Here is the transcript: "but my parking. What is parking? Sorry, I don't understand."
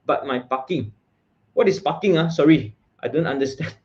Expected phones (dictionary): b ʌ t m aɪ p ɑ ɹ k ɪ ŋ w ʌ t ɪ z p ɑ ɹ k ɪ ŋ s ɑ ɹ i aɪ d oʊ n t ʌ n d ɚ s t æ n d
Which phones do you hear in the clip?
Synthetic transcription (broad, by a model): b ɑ t m aɪ p ɑ k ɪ ŋ w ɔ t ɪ s p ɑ k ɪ ŋ s ɑ ɹ i aɪ d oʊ n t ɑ n d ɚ s t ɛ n